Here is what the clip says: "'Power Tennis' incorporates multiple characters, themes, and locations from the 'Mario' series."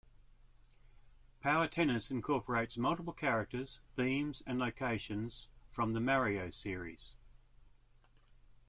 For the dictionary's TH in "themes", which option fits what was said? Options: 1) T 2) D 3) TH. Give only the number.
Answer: 3